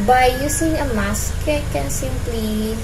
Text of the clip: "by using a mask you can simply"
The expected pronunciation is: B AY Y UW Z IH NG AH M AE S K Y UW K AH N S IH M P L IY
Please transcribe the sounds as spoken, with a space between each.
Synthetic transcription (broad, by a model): B AY Y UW S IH NG AH M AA S K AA K AH N S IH M P L IY